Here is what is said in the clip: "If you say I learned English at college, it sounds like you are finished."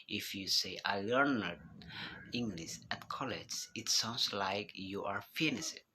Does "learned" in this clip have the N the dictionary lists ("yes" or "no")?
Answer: yes